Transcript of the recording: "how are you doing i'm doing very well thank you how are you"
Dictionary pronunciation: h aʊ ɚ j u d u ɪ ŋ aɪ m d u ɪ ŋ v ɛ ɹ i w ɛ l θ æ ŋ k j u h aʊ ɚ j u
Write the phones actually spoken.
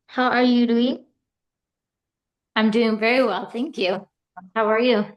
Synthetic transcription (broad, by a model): h aʊ ɚ j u d u ɪ ŋ aɪ m d u ɪ ŋ v ɛ ɹ i w ɛ l θ æ ŋ k j u h aʊ ɚ j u